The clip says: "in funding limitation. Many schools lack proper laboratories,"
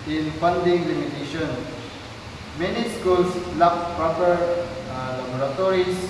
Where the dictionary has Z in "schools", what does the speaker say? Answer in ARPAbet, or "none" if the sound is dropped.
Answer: S